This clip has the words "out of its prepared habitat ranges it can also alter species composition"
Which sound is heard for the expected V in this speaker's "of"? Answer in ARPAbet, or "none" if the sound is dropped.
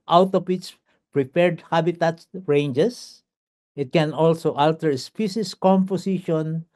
P